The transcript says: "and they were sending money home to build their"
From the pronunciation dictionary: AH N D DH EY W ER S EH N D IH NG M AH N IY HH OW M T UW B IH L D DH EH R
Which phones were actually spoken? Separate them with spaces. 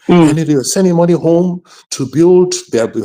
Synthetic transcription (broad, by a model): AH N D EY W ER S EH N D IH NG M AH N IY HH OW M T UW B IH L D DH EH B